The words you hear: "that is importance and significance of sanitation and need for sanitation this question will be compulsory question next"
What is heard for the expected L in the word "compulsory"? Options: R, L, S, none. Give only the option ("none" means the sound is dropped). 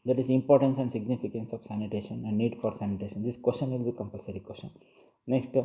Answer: L